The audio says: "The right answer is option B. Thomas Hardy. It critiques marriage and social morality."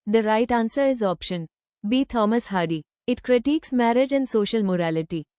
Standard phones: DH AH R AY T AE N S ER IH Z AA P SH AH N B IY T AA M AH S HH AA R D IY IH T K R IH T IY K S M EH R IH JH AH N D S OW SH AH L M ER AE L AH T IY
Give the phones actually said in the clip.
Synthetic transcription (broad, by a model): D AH R AY T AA N S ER IH Z AA P SH AH N B IY T AA M AH S HH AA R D IY IH T K R IH T IY K S M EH R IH JH AH N D S OW SH AH L M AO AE L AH T IY